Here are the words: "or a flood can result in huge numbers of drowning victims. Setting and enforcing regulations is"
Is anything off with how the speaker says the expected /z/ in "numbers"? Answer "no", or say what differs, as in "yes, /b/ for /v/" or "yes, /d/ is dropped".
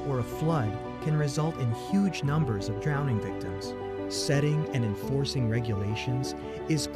no